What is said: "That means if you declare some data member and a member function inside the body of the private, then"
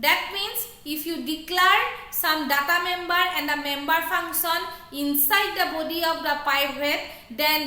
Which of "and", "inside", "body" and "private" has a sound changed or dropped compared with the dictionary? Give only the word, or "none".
private